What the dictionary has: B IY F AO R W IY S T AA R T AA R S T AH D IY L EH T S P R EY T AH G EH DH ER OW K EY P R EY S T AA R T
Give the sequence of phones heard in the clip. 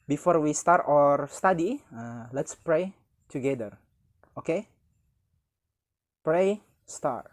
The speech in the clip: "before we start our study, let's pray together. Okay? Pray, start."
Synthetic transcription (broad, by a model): B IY F AO R W IY S T AA R T AA R S T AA D IY L EH T S P R EY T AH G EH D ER OW K EY P R EY S T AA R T